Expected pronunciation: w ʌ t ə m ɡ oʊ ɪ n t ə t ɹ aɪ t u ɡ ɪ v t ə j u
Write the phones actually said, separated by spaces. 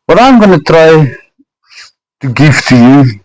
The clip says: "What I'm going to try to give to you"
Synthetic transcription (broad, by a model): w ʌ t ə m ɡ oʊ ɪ n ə t ɹ aɪ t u ɡ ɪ f t ə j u